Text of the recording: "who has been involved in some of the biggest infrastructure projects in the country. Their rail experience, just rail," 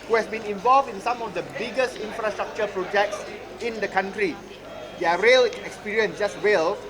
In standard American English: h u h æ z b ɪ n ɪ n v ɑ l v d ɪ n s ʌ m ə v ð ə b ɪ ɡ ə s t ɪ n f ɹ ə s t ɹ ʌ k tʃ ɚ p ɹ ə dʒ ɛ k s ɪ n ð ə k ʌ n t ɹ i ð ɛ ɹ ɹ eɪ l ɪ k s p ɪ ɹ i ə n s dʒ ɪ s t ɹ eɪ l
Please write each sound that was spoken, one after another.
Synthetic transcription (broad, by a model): h u h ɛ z b ɪ n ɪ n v ɑ l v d ɪ n s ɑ m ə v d ə b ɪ ɡ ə s t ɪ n f ɹ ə s t ɹ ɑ k tʃ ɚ p ɹ ə dʒ ɛ k s ɪ n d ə k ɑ n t ɹ i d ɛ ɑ ɹ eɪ l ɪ k s p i ɹ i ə n s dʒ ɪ s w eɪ l